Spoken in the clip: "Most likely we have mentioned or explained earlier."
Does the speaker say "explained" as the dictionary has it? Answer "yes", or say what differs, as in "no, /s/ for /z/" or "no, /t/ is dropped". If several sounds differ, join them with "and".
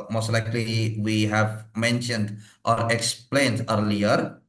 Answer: yes